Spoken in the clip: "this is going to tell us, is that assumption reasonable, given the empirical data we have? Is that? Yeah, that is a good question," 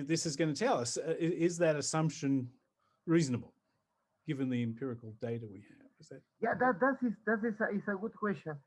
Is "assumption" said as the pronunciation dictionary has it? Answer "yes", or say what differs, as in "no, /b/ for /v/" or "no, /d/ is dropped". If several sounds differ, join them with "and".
yes